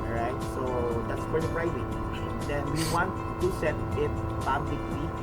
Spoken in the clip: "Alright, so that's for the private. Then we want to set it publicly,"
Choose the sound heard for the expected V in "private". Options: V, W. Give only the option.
W